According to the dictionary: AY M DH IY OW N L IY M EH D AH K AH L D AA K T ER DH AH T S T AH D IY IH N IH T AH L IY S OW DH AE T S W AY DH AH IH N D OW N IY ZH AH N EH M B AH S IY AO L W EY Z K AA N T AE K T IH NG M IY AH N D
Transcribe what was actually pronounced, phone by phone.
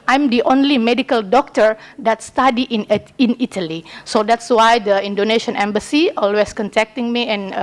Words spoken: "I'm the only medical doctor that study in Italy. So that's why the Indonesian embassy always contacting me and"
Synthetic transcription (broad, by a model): AY M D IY OW N L IY M EH D AH K AH L D AA K T ER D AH T S T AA D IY IH N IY T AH L IY S OW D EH T S W AY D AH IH N D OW N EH SH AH N EH M B AH S IY AO L W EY S K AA N T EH K T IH NG M IY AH N